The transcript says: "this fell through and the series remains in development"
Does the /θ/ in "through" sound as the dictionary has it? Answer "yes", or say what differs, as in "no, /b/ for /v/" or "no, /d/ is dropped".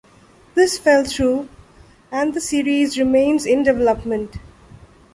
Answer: no, /t/ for /θ/